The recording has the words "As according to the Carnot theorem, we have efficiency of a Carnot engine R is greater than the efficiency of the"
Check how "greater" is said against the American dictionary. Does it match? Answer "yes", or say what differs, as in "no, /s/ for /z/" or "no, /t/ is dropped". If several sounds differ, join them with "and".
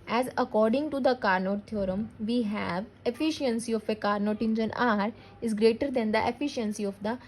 yes